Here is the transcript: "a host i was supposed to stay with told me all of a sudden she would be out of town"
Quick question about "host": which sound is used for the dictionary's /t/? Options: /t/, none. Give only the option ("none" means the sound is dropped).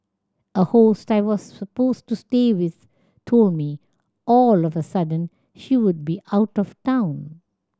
/t/